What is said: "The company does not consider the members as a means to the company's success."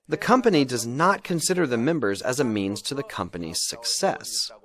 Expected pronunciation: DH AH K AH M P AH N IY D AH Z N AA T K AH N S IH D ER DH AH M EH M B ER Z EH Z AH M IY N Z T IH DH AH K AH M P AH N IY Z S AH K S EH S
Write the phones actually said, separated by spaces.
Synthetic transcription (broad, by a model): DH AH K AH M P AH N IY D AH Z N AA T K AH N S IH D ER DH AH M EH M B ER Z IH Z AH M IY N Z T IH DH AH K AH M P AH N IY Z S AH K S EH S